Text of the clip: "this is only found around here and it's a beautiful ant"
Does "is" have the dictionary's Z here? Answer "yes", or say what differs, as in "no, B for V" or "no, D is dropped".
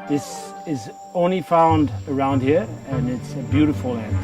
yes